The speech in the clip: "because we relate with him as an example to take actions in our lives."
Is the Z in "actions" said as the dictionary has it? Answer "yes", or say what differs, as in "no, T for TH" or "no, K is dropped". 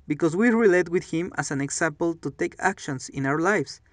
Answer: no, S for Z